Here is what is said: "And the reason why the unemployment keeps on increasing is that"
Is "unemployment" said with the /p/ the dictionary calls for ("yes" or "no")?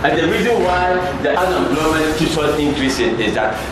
no